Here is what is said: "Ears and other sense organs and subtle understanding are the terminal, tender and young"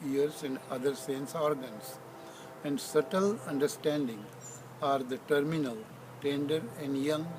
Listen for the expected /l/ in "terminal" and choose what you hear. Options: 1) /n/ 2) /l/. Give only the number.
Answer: 2